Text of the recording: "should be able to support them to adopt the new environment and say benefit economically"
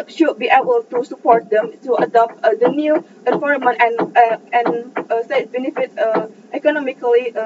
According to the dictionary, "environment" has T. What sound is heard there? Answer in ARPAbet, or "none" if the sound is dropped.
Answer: none